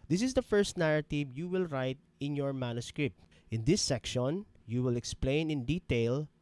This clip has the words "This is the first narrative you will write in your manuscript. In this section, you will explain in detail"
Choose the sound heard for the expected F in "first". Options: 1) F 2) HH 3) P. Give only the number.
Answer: 1